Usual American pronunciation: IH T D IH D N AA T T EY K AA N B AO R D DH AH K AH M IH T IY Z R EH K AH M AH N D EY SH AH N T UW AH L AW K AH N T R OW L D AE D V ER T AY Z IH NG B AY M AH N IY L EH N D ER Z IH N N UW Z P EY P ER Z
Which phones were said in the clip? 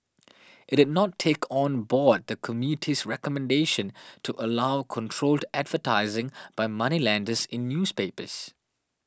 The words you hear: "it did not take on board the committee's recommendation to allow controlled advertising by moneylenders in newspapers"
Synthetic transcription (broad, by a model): IH T D IH D N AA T T EY K AA N B AO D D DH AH K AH M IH T IY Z R EH K AH M AH N D EY SH AH N T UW AH L AW K AH N T R OW L D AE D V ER T AY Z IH NG B AY M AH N IY L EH N D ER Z IH N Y UW S P EY P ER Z